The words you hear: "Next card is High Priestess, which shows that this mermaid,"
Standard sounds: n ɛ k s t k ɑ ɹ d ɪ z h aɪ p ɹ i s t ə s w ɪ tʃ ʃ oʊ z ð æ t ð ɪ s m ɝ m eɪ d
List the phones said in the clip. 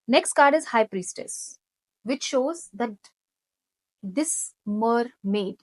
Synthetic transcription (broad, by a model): n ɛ k s t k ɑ ɹ d ɪ z h aɪ p ɹ i s t ə s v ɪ tʃ ʃ oʊ z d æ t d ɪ s m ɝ m eɪ d